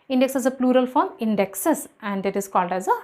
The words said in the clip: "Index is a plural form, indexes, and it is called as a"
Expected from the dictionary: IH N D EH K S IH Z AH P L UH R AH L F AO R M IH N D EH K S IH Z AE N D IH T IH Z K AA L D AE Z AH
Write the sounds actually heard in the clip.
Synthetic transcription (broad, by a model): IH N D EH K S IH Z AH P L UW R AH L F AO R M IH N D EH K S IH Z AE N D IH T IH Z K AA L D AE Z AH